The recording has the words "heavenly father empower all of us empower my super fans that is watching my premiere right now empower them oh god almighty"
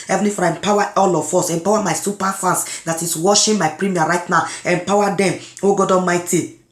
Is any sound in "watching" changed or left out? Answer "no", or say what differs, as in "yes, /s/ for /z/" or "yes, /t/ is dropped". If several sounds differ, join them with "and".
yes, /ʃ/ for /tʃ/